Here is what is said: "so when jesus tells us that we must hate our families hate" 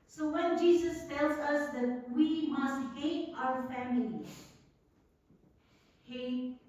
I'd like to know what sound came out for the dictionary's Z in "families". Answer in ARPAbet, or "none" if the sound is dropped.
none